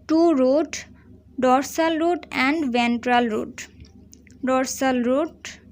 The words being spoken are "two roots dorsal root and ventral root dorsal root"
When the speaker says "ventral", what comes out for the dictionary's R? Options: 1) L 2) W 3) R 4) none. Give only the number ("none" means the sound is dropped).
3